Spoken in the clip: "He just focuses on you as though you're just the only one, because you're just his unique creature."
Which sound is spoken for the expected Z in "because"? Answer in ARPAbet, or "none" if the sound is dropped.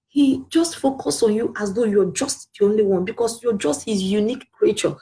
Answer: S